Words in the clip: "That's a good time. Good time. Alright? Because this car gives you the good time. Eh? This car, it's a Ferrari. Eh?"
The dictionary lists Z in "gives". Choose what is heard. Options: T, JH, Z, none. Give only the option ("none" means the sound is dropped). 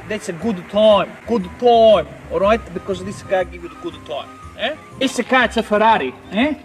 none